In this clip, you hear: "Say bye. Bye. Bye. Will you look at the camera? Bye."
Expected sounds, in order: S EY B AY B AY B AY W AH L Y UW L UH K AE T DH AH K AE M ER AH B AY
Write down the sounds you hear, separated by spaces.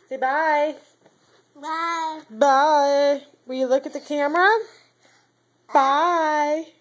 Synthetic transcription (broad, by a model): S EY B AY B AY B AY W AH N Y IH L UH K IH T DH AH K AE M ER AH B AY